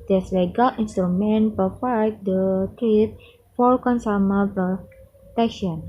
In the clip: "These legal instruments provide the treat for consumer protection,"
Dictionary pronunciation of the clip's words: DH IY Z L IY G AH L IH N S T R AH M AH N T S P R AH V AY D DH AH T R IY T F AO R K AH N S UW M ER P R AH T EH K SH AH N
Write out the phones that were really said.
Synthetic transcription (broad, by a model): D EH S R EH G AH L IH N S T R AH M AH N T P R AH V AY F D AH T IY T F AO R K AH N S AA M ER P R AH T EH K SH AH N